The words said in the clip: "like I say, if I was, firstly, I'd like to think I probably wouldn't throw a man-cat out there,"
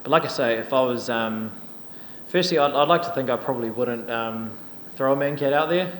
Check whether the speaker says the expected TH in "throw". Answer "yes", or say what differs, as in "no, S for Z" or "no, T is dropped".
yes